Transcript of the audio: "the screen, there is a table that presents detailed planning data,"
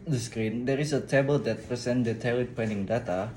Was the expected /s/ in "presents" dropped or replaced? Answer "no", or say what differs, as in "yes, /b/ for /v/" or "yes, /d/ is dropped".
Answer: yes, /s/ is dropped